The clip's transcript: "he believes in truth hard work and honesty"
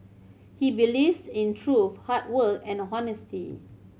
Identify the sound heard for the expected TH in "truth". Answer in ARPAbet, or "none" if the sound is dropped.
F